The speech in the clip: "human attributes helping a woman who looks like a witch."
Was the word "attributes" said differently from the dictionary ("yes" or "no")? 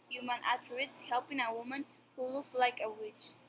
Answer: yes